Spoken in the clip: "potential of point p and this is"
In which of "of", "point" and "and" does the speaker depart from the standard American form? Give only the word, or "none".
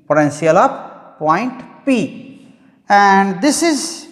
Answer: of